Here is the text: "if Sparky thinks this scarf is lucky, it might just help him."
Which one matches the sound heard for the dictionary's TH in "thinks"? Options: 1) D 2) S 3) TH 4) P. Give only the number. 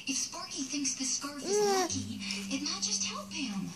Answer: 3